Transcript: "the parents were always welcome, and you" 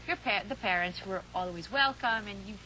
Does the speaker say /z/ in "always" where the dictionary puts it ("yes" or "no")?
yes